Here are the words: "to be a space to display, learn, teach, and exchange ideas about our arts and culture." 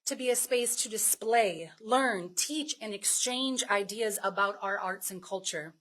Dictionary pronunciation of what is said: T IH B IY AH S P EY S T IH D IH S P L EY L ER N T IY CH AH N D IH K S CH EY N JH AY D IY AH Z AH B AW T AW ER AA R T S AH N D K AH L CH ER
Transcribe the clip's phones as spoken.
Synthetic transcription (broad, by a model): T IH B IY AH S P EY S T IH D IH S P L EY L ER N T IY CH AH N IH K S CH EY N JH AY D IY AH Z AH B AW T AW ER AA R T S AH N K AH L CH ER